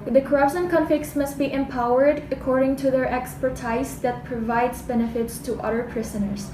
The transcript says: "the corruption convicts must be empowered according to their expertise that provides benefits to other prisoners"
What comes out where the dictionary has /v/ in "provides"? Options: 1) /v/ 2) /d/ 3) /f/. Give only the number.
1